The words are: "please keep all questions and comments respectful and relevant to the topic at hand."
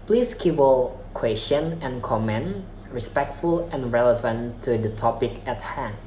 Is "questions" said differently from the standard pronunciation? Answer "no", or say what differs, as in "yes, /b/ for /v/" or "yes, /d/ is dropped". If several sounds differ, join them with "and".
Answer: yes, /z/ is dropped